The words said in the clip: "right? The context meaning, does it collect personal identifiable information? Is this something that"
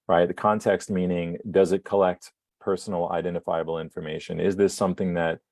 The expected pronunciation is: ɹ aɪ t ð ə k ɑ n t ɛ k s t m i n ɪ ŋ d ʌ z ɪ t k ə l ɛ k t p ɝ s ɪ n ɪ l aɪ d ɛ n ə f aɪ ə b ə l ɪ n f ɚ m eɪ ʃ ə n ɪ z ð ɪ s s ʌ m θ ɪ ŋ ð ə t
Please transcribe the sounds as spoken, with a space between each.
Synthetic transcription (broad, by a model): ɹ aɪ t ð ə k ɑ n t ɛ k s t m i n ɪ ŋ d ʌ z ɪ t k ə l ɛ k t p ɝ s n l aɪ d ɛ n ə f aɪ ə b l ɪ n f ɚ m eɪ ʃ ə n ɪ z ð ɪ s s ʌ m θ ɪ ŋ ð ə t